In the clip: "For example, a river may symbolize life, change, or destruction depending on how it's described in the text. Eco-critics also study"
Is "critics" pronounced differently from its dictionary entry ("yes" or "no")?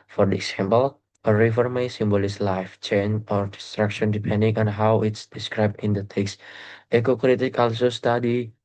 yes